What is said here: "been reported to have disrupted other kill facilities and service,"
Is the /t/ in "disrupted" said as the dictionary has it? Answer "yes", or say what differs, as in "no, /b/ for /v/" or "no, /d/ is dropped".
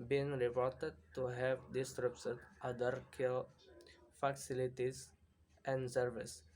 no, /s/ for /t/